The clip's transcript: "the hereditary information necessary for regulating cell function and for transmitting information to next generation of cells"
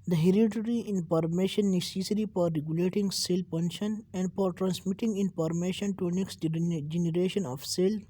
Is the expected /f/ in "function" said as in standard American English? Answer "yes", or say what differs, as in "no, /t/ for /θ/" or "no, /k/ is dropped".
no, /p/ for /f/